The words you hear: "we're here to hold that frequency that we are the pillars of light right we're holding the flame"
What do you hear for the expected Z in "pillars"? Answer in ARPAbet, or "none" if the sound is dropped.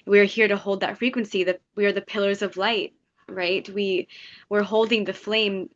Z